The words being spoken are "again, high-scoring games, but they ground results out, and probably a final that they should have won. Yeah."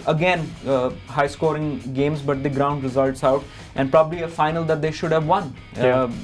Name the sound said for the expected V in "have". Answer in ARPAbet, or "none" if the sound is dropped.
V